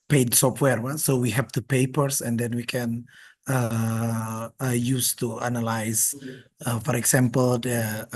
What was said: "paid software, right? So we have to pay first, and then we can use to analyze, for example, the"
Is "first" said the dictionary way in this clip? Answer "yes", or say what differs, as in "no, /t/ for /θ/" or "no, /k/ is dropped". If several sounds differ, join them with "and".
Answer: no, /p/ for /f/ and /t/ is dropped